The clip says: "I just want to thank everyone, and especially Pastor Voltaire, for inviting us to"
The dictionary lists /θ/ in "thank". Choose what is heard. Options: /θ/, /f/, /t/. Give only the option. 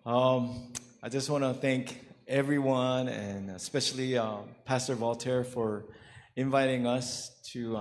/θ/